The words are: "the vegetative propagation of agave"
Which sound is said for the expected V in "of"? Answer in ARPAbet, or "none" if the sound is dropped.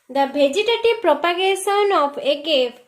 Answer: P